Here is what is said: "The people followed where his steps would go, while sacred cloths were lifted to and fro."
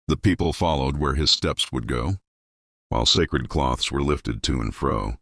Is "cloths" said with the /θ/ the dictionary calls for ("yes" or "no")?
yes